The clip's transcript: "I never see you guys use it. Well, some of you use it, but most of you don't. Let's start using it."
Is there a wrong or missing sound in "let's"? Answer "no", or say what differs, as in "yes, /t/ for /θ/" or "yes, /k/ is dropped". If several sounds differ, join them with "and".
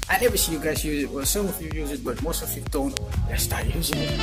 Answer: yes, /w/ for /l/